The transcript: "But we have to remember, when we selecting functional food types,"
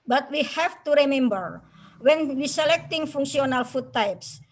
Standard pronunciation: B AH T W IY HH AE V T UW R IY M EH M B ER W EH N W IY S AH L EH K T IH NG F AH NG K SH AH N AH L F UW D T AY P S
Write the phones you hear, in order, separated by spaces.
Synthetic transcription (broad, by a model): B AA T W IY HH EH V T UW R IY M EH M B ER W EH N W IY S AH L EH K T IH NG F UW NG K S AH N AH L F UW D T AY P S